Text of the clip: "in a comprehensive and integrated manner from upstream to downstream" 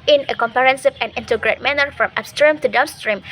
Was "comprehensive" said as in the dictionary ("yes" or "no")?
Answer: no